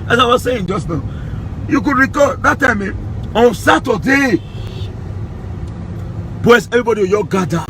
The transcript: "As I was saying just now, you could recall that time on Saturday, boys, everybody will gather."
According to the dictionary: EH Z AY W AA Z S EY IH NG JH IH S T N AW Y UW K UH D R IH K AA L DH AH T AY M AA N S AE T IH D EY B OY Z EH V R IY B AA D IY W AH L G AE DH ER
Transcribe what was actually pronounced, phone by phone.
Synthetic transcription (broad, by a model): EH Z AY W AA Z S EY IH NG JH IH S T N AW Y UW K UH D R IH K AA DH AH T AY M AA N S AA T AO D EY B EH S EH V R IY B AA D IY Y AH G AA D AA